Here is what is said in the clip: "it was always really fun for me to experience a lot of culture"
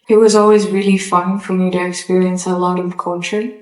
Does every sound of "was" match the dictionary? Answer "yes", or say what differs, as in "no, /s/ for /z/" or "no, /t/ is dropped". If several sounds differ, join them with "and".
yes